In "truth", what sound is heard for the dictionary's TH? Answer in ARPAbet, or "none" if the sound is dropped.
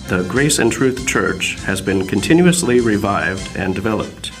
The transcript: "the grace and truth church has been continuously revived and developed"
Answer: TH